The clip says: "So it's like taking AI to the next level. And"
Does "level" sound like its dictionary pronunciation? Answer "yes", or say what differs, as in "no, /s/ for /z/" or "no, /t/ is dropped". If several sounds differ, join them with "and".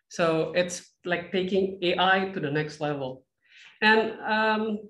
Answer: yes